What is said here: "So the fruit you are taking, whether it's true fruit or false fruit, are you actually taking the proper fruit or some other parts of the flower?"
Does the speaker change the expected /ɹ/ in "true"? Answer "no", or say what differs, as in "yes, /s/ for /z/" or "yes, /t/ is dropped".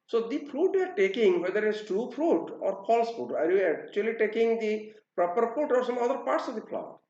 yes, /ɹ/ is dropped